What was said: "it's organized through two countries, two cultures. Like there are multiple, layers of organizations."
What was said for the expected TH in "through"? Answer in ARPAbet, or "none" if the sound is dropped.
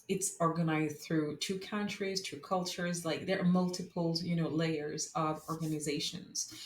TH